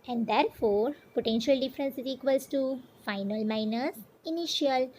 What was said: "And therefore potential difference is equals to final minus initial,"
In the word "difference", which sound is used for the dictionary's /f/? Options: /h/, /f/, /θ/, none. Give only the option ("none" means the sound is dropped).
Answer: /f/